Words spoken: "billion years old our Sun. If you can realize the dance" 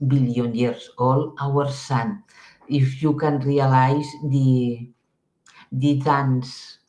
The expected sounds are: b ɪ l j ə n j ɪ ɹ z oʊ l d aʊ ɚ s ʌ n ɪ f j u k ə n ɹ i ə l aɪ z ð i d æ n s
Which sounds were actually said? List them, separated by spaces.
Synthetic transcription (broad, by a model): b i l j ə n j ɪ ɹ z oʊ l aʊ ɚ s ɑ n ɪ f j u k ə n ɹ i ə l aɪ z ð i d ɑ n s